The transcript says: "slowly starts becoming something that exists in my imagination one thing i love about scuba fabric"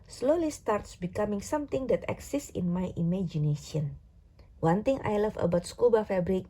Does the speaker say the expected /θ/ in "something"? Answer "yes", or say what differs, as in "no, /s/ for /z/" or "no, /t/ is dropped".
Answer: no, /t/ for /θ/